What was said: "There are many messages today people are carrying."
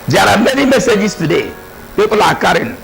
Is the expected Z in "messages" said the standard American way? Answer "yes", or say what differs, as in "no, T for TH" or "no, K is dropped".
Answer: no, S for Z